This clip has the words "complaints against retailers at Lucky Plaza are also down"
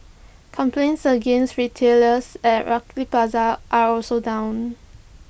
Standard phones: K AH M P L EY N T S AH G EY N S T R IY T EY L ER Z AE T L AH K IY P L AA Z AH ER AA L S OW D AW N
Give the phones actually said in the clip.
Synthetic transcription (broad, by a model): K AH M P L EY N T S AH G EY N S T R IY T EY L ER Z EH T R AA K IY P AA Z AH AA AA L S OW D AW N